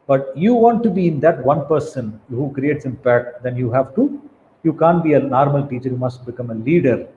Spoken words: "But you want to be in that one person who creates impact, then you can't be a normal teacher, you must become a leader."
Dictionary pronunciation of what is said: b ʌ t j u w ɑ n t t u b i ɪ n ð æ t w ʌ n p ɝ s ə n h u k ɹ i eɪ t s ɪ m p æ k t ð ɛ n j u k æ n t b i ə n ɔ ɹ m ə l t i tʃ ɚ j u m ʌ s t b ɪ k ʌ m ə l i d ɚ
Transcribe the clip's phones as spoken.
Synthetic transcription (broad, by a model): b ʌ t j u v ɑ n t t u b i ɪ n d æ t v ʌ n p ɝ s ə n h u k ɹ i eɪ t s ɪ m p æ k t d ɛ n j u k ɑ n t b i ə n ɔ ɹ m ə l t i tʃ ɚ j u m ʌ s t b ɪ k ʌ m ə l i d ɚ